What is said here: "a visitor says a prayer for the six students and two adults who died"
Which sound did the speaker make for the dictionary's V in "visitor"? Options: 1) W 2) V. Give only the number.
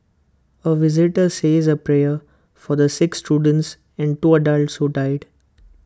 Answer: 2